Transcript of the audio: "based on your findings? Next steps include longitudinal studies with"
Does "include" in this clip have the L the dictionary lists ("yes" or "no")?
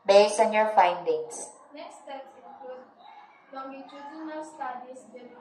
no